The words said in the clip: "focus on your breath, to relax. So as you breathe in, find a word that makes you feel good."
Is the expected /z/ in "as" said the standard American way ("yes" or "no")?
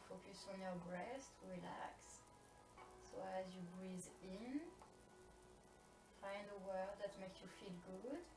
yes